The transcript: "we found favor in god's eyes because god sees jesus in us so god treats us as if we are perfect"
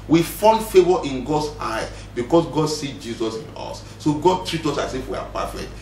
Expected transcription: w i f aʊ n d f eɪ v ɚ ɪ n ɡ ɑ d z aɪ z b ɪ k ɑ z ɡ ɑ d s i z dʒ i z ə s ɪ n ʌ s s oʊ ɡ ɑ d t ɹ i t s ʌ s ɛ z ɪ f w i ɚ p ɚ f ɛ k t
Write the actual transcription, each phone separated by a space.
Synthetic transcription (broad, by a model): w i f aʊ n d f eɪ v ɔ ɪ n ɡ ɑ d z aɪ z b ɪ k ɑ s ɡ ɑ d s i dʒ i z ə s ɪ n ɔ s s oʊ ɡ ɑ d t ɹ i t ɔ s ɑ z ɪ f w i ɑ p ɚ f ɛ k t